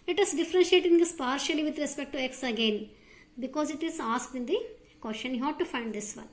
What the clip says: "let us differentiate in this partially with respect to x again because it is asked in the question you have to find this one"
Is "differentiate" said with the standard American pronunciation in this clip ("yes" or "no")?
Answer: yes